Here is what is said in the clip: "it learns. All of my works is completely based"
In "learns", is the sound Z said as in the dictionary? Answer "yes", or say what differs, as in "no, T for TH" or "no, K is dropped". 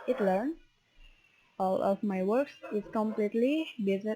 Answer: no, Z is dropped